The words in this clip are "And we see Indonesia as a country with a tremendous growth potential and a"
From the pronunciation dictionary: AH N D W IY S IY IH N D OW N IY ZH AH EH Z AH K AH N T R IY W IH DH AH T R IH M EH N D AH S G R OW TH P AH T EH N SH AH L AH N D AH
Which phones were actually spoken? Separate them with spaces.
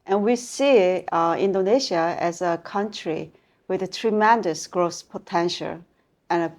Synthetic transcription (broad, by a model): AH N W IY S IY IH N D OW N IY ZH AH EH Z AH K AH N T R IY W IH DH AH T R IH M EH N D AH S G R OW S P AH T EH N SH AH L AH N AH